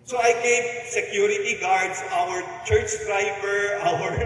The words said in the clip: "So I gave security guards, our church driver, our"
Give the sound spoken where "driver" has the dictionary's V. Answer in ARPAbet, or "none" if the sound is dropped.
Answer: P